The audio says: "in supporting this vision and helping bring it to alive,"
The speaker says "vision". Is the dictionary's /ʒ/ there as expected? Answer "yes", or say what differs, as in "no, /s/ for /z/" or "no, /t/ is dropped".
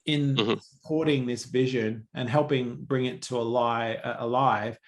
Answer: yes